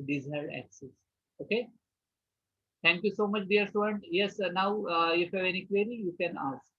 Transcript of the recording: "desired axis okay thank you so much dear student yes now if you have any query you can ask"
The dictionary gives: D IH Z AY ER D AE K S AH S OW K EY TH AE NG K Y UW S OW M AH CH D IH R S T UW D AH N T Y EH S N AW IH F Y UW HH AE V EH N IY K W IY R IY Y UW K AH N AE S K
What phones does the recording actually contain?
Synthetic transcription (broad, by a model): D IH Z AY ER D AE K S AH S OW K EY T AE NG K Y UW S OW M AH CH D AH R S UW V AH N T Y EH S N AW IH F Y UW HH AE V EH N IY K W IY R IY Y UW K AH N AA S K